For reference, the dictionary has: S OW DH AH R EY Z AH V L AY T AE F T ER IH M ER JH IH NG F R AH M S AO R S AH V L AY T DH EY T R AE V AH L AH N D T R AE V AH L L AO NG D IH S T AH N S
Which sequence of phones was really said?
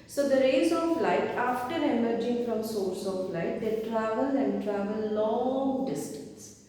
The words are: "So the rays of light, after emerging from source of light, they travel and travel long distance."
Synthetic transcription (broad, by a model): S OW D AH R EY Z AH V L AY T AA F T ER IH M ER JH IH NG F R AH M S AO R S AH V L AY T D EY T R AE V AH L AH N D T R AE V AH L L AO NG D IH S T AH N S